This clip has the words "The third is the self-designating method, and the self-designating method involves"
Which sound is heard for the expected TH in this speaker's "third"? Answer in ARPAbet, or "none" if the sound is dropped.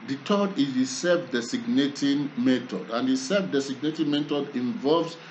T